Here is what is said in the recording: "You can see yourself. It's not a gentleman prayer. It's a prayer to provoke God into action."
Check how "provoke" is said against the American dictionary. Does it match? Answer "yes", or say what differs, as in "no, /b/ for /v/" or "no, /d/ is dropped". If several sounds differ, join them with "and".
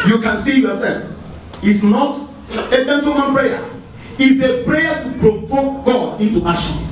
no, /f/ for /v/